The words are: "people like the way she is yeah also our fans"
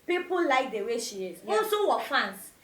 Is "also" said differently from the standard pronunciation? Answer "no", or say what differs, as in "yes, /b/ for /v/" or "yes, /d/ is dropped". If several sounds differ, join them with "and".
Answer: yes, /l/ is dropped